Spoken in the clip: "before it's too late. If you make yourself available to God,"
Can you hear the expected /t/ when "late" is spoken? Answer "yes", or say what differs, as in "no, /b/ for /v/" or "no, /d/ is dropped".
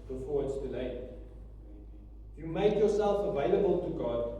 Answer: no, /t/ is dropped